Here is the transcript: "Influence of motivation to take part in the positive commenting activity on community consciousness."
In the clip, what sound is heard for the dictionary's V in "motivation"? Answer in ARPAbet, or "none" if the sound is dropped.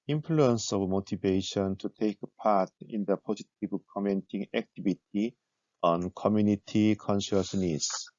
B